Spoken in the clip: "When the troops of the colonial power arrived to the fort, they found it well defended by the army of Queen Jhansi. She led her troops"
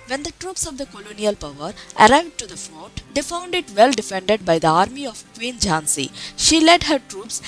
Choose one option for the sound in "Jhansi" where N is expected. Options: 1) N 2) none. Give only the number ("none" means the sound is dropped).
1